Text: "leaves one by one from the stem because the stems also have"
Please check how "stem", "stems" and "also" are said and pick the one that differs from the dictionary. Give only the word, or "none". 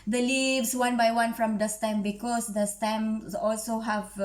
stems